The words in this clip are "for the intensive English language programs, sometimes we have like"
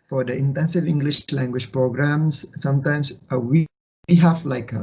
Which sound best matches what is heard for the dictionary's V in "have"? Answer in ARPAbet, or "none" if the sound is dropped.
F